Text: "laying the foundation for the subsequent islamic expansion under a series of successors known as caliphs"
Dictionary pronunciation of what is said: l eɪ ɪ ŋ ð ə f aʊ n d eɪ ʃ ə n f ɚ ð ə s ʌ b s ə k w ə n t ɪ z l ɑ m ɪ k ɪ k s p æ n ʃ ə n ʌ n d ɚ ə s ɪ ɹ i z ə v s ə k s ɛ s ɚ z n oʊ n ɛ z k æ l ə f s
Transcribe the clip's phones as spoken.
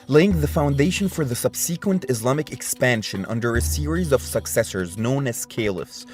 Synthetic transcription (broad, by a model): l eɪ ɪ ŋ ð ə f aʊ n d eɪ ʃ ə n f ɚ ð ə s ʌ b s ə k w ə n t ɪ z l ɑ m ɪ k ɪ k s p æ n ʃ ə n ʌ n d ɚ ə s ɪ ɹ i z ə v s ə k s ɛ s ɚ z n oʊ n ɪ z k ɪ l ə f s